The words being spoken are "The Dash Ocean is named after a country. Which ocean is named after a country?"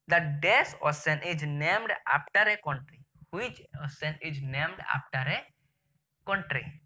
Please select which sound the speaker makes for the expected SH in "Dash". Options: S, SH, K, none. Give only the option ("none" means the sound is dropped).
S